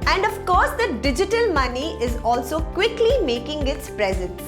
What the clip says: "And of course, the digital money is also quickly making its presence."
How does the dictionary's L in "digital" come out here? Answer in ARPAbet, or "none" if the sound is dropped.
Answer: L